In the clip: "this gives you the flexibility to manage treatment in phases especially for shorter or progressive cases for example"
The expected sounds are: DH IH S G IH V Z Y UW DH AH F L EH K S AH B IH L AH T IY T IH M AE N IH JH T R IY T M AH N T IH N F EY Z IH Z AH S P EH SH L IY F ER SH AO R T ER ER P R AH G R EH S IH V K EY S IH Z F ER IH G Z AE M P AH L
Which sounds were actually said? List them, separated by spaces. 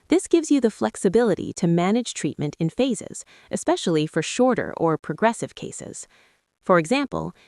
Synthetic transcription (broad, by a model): DH IH S G IH V Z Y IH DH AH F L EH K S AH B IH L AH T IY T IH M AE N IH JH T R IY T M AH N T IH N F EY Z IH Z AH S P EH SH L IY F ER SH AO R T ER ER P R AH G R EH S IH V K EY S IH Z F ER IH G Z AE M P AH L